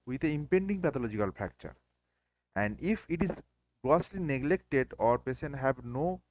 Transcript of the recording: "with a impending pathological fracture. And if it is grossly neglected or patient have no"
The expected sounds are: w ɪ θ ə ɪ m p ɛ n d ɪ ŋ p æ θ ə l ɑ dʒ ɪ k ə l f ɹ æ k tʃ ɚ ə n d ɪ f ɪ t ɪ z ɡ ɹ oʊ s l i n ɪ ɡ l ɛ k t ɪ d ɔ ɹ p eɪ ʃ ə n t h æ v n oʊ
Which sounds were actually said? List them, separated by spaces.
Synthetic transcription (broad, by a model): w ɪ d ə ɪ m p ɛ n d ɪ ŋ p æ t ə l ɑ dʒ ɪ k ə l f æ k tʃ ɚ ə n d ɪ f ɪ t ɪ z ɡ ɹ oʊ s l i n ɪ ɡ l ɛ k t ɪ d ɔ ɹ p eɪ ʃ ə n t h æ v n oʊ